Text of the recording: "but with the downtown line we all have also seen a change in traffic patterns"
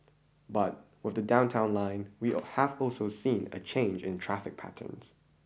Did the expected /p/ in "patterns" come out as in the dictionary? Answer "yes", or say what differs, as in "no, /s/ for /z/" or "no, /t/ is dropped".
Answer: yes